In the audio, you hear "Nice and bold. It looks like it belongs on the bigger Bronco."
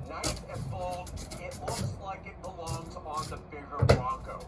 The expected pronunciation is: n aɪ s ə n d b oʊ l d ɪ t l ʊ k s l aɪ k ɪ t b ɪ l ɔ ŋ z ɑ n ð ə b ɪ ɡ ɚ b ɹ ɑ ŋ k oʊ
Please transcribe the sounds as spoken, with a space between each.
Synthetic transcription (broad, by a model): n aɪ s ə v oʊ l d ɪ t l ʊ k s l aɪ k ɪ t b ɪ l ɔ ŋ z n ð ə b ɪ ɡ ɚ ɹ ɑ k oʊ